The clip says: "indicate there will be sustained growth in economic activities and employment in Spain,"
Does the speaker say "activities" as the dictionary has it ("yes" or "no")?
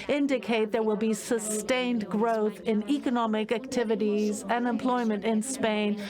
yes